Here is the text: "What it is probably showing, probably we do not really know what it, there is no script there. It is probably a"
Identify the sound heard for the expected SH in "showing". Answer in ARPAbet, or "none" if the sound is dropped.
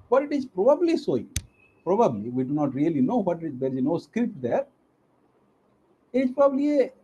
S